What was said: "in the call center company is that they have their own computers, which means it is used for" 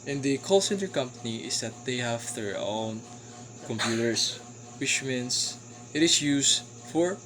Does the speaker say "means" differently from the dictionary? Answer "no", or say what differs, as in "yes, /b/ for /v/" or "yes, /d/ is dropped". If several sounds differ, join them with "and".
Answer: yes, /s/ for /z/